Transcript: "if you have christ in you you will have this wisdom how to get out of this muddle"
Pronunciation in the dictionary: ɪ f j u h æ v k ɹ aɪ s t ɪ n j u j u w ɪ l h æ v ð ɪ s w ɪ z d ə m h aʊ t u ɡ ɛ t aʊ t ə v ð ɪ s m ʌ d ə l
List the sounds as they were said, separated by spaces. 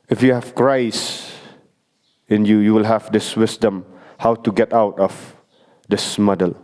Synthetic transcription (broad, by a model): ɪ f j u h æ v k ɹ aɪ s ɪ n j u j u w ɪ l h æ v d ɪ s w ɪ s d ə m h aʊ t u ɡ ɛ t aʊ t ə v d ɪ s m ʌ d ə l